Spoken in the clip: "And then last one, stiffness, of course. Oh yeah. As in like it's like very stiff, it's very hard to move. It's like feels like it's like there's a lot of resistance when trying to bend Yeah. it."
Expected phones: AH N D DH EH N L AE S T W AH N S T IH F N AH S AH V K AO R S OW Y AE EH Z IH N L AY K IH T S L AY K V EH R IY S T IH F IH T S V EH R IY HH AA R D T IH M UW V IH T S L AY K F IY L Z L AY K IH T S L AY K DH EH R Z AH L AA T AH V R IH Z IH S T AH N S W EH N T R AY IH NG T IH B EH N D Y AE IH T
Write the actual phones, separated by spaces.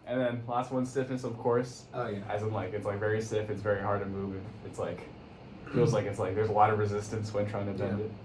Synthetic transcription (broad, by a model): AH N DH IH N L AE S T W AH N S T IH F N AH S AH V K AO R S OW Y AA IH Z IH N L AY K IH T S L AY K V EH R IY S T IH F IH T S V EH R IY HH AA R D T IH M UW V IH T S L AY K F IY L Z L AY K IH T S L AY K DH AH R Z AH L AA T AH V R IH Z IH S T AH N S W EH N T R AY IH NG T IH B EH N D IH T